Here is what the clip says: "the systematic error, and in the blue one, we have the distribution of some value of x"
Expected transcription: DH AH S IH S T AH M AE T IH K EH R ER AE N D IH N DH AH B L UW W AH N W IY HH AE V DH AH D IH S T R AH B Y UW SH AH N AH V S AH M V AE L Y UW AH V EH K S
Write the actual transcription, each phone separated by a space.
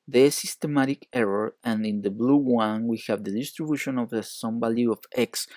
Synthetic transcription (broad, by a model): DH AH S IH S T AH M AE T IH K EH R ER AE N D IH N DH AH B L UW W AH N W IY HH AE V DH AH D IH S T R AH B Y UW SH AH N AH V S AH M B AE L Y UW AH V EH K S